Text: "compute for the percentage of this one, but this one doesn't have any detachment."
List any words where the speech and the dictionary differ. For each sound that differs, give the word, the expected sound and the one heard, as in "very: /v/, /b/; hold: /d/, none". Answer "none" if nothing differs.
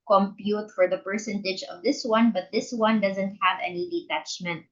none